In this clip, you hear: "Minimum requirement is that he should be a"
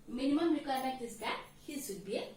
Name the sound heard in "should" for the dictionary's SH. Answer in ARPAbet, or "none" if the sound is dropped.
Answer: S